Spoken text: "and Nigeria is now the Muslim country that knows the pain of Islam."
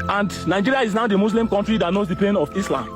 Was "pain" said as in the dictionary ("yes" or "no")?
yes